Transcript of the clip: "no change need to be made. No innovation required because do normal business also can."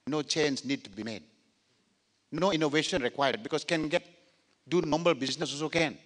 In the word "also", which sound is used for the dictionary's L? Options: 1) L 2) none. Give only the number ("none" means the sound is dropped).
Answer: 2